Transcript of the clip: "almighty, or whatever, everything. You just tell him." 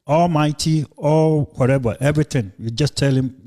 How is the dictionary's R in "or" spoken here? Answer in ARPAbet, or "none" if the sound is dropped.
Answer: L